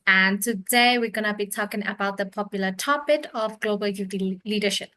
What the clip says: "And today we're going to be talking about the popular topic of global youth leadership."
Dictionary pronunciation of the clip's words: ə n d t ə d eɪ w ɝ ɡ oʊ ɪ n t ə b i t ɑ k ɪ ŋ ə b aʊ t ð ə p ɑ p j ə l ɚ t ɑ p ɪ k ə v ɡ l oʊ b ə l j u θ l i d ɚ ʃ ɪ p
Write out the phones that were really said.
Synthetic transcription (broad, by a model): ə n t ə d eɪ w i ɡ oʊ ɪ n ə b i t ɑ k ɪ ŋ ə b aʊ t ð ə p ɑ p j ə l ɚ t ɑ p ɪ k ə v ɡ l oʊ b ə l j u t l i d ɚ ʃ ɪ p